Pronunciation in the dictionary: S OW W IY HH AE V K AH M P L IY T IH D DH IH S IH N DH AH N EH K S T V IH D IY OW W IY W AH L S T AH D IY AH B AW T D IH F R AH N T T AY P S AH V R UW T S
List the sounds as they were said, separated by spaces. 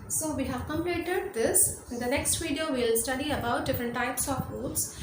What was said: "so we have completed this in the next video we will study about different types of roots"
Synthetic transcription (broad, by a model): S OW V IY HH AE V K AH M L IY T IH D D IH S IH N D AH N EH K S T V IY D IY OW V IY L S T AH D IY AH B AW T D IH F R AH N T T AY P S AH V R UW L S